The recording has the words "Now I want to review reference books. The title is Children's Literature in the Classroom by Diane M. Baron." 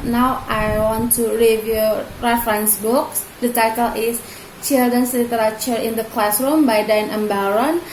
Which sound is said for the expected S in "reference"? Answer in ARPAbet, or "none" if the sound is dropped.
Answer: S